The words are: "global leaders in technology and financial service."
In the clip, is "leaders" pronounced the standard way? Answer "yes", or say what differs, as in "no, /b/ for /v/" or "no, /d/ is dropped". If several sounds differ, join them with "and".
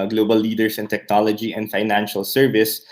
no, /s/ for /z/